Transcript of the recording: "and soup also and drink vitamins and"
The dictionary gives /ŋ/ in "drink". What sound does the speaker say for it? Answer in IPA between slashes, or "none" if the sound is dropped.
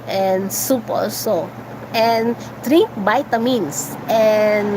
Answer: none